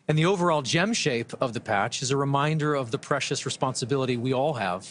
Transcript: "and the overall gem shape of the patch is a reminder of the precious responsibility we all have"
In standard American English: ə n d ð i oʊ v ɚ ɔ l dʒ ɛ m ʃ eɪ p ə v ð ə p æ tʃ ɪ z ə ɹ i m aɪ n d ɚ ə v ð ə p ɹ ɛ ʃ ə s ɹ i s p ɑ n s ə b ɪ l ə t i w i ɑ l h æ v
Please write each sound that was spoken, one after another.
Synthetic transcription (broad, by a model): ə n ð i oʊ v ɚ ɔ l dʒ ɛ m ʃ eɪ p ə v ð ə p æ tʃ ɪ z ə ɹ i m aɪ n d ɚ ə v ð ə p ɹ ɛ ʃ ə s ɹ i s p ɑ n s ə b ɪ l ə t i w i ɑ l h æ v